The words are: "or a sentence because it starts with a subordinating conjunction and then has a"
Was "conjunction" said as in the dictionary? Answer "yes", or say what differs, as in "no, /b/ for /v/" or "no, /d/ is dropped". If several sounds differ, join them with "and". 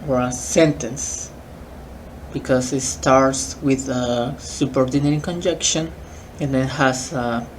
no, /ŋ/ is dropped